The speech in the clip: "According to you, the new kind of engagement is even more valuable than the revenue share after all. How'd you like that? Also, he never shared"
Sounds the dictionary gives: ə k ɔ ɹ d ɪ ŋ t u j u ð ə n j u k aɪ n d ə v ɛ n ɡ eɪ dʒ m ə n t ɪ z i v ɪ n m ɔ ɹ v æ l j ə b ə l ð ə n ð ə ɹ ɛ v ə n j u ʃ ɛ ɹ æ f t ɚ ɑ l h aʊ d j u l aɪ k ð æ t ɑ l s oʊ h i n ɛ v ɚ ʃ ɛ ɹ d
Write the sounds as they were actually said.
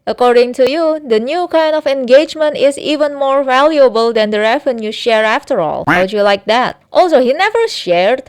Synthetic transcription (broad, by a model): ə k ɔ ɹ d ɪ ŋ t u j u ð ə n j u k aɪ n d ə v ɛ n ɡ eɪ dʒ m ə n t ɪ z i v ɪ n m ɔ ɹ v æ l j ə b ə l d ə n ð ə ɹ ɛ v ə n j u ʃ ɛ ɹ æ f t ɚ ɑ l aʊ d j u l aɪ k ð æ t ɑ l s oʊ h i n ɛ v ɚ ʃ ɛ ɹ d